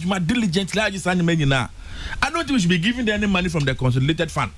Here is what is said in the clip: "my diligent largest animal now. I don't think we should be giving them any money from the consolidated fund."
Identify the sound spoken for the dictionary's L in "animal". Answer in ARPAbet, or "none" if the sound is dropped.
N